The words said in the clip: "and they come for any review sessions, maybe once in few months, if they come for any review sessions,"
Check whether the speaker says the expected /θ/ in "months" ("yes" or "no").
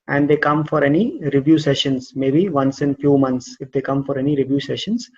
no